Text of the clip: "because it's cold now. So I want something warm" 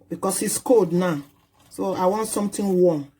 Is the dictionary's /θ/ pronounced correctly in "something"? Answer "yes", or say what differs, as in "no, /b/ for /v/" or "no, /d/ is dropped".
no, /t/ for /θ/